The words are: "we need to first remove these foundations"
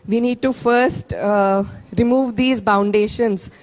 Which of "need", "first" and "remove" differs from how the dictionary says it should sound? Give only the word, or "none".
none